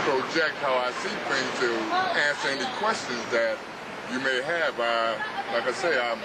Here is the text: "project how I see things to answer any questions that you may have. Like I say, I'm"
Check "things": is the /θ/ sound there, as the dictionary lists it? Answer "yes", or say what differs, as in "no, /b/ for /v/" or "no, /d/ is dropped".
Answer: no, /f/ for /θ/